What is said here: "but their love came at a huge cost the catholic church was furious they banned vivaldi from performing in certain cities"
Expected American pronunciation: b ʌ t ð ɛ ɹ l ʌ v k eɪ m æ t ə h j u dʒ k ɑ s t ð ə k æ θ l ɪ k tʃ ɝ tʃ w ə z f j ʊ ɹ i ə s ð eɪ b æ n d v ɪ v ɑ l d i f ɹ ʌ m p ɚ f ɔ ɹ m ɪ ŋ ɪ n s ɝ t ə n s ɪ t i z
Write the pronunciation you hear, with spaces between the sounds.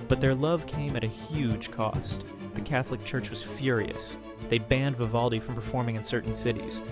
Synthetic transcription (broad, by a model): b ʌ t ð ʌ ɹ l ʌ v k eɪ m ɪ t ə h j u dʒ k ɑ s t ð ə k æ θ l ɪ k tʃ ɝ tʃ w ə z f j ʊ ɹ i ə s ð eɪ b æ n d v ɪ v ɑ l d i f ɹ ʌ m p ɚ f ɔ ɹ m ɪ ŋ ɪ n s ɝ t n s ɪ t i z